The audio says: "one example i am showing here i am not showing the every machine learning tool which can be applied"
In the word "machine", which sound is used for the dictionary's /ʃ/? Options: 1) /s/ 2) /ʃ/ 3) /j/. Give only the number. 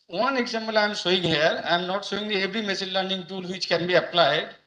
1